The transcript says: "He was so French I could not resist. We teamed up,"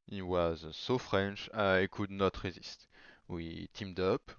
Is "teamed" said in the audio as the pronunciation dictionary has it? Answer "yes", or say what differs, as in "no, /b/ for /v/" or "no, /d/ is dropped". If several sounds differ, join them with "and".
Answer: yes